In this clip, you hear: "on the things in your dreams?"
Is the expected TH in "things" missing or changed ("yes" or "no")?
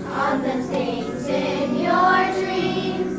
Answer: yes